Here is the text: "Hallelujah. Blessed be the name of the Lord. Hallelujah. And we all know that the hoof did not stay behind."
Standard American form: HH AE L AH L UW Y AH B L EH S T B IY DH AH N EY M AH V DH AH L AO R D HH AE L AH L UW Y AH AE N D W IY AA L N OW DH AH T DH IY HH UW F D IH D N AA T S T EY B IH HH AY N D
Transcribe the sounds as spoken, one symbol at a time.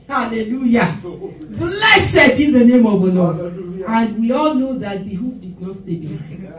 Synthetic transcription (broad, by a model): HH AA L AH L UW Y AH L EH S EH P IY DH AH N EY M AH V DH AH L AO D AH N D W IY AA L N OW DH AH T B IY HH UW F D IH D N AA T S T EY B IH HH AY